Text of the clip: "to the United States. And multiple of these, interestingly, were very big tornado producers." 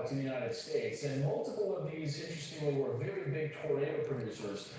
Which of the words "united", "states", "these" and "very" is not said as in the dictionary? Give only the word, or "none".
none